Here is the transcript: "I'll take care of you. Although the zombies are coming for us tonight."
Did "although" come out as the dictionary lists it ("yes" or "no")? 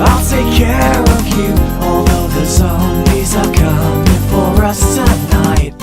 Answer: no